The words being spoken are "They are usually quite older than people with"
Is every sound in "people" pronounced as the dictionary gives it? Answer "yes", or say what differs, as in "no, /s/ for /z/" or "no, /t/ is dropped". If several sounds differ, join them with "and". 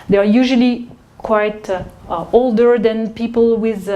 yes